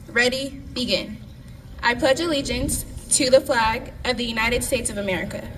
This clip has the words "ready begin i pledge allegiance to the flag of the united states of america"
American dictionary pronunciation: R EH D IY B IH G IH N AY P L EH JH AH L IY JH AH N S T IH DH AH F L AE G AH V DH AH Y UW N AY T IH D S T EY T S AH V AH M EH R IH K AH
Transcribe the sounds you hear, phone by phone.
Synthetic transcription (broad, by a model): R EH D IY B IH G IH N AY P L EH JH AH L IY JH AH N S T IH DH AH F L AE G AH V DH AH Y UW N AY T IH D S T EY T S AH V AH M EH R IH K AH